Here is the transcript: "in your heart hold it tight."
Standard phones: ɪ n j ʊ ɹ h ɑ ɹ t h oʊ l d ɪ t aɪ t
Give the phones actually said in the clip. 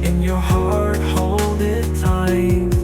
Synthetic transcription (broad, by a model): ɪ n j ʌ ɹ h ɑ ɹ t h oʊ l d ɪ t aɪ